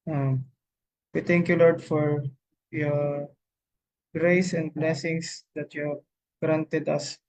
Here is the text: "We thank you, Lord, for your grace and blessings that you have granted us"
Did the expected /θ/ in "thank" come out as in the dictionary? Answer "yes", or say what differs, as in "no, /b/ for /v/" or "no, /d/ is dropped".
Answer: no, /t/ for /θ/